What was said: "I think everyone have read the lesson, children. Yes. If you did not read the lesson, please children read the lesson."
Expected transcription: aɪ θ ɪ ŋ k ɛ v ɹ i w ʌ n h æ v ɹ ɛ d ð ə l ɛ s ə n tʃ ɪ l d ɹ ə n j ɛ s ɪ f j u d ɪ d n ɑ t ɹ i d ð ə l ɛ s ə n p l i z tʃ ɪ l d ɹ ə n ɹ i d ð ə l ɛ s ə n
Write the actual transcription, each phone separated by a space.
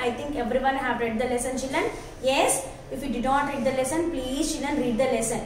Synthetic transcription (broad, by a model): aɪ t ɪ ŋ k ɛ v ɹ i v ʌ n h æ v ɹ ɛ d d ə l ɛ s ə n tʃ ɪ l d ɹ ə n j ɛ s ɪ f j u d ɪ d n ɑ t ɹ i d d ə l ɛ s ə n p l i z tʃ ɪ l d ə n ɹ i d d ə l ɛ s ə n